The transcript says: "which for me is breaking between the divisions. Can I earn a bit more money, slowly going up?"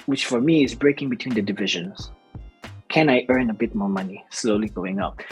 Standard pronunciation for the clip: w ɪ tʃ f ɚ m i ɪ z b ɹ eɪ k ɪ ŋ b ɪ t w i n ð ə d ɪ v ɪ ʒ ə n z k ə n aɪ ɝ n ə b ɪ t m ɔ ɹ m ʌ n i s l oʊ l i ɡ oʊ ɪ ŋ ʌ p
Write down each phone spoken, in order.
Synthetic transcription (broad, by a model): w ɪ tʃ f ɚ m i ɪ z b ɹ eɪ k ɪ ŋ b ɪ t w i n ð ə d ɪ v ɪ ʒ ə n z k ə n aɪ ɝ n ə b ɪ t m ɔ ɹ m ʌ n i s l oʊ l i ɡ oʊ ɪ ŋ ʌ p